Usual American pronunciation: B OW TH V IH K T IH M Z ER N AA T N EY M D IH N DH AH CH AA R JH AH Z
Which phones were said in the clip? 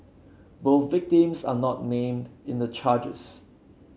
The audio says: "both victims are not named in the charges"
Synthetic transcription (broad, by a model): B OW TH V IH K T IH M S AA N AA T N EY M D IH N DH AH CH AA JH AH S